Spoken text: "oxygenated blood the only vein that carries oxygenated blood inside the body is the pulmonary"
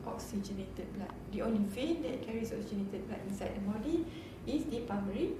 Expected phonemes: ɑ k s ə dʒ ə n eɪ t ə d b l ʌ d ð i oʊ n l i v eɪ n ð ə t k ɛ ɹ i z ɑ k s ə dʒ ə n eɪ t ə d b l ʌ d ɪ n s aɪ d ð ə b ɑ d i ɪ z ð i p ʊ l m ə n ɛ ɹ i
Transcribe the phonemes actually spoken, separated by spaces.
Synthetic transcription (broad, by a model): ɑ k s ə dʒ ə n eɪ t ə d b l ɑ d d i oʊ n l i f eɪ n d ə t k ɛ ɹ i s ɑ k s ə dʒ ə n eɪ t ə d b l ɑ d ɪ n s aɪ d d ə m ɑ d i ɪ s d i p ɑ m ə ɹ i